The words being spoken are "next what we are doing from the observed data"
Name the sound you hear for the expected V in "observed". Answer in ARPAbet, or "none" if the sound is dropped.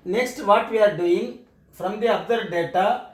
none